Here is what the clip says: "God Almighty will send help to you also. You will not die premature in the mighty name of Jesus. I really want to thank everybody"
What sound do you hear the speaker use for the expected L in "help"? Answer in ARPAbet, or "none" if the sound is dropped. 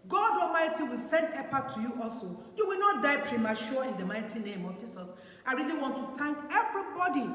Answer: none